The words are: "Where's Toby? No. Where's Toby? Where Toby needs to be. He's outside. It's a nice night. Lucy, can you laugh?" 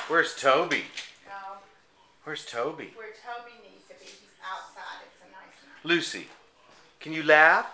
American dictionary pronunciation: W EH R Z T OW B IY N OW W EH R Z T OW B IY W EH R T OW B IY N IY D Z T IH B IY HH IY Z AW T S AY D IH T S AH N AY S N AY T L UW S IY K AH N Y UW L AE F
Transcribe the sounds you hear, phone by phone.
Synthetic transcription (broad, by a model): W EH R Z T OW B IY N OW W EH R Z T OW B IY W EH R T OW B IY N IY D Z T IH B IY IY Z AW T S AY IH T AH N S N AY L UW S IY K AH N Y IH L AE F